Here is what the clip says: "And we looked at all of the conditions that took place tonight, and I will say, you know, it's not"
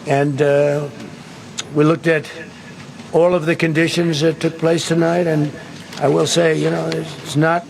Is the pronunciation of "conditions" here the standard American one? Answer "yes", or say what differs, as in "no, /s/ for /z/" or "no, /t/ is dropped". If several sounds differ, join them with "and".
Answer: yes